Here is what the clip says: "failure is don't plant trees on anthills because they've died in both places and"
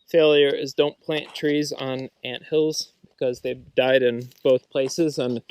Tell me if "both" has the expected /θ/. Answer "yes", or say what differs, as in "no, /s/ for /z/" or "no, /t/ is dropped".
yes